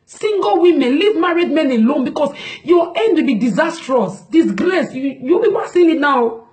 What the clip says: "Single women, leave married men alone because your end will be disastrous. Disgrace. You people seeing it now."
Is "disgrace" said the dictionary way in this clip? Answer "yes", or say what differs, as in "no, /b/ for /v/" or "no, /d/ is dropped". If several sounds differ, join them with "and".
no, /l/ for /ɹ/